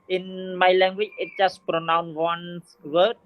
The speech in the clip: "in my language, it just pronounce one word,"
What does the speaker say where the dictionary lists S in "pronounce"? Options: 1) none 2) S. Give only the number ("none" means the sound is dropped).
1